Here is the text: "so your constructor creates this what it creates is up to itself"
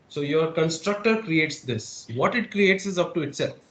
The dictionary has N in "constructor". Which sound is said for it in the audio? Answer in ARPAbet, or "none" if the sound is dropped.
N